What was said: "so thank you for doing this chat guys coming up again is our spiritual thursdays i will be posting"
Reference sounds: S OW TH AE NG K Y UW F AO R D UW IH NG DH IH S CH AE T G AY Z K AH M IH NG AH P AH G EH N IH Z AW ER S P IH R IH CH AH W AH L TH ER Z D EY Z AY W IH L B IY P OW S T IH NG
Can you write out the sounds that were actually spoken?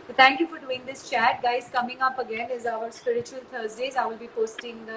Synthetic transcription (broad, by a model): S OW T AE NG K Y UW F AO R D UW IH NG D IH S CH AE T G AY Z K AH M IH NG AH P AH G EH N IH Z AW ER S P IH R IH CH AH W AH L T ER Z D EY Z AY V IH L B IY P OW S T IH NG